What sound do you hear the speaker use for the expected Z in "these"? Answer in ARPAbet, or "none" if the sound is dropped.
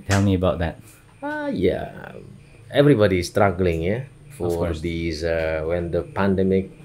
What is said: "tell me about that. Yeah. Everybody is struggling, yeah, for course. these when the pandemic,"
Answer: none